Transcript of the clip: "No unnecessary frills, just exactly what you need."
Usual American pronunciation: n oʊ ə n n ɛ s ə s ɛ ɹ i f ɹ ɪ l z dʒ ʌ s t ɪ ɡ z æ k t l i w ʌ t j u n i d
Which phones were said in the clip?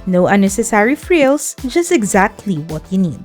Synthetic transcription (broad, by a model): n oʊ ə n n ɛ s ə s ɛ ɹ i f ɹ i l s dʒ ʌ s t ɪ ɡ z æ k t l i w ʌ t j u n i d